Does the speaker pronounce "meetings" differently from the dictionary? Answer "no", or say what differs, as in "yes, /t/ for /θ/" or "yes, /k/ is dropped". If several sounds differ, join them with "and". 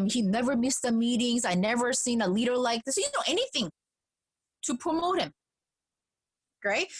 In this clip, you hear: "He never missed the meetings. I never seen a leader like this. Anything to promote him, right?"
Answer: no